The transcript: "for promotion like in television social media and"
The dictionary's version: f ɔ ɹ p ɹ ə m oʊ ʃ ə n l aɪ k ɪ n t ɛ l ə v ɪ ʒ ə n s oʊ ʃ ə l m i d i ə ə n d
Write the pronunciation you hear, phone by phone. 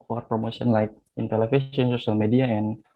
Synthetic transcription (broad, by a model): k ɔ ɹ p ɹ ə m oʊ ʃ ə n l aɪ k ɪ n t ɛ l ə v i s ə n s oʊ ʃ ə l m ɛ d i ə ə n